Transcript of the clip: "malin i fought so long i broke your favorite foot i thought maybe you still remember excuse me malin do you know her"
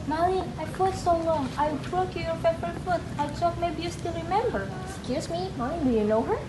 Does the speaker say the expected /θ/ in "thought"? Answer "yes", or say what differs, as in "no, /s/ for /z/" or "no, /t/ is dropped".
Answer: no, /t/ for /θ/